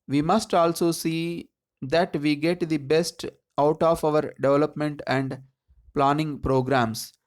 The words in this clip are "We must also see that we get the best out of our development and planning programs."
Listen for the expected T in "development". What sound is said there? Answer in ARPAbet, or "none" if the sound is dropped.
T